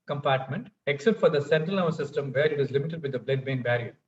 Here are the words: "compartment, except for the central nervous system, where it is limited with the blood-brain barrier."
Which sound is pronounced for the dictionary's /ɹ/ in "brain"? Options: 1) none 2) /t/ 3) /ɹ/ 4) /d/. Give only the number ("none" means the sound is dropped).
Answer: 1